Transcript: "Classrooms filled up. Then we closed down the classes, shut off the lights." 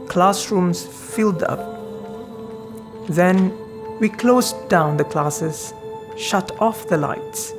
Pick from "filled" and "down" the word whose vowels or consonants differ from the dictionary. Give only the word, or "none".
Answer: none